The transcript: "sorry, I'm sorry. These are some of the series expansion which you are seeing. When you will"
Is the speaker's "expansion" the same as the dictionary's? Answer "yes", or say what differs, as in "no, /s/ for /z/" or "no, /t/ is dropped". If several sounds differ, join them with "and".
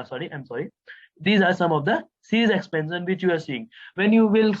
no, /s/ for /ʃ/